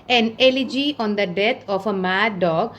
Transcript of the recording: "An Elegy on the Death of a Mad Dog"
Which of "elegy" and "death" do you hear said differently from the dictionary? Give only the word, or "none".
death